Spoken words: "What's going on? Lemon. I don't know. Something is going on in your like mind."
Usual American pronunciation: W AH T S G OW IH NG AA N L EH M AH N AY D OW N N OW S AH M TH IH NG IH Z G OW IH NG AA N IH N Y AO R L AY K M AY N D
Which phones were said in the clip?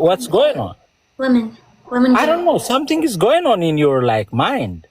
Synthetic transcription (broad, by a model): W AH T S G OW IH NG AA N W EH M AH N AY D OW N N OW S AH M T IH NG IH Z G OW IH NG AA N IH N Y AO R L AY K M AY N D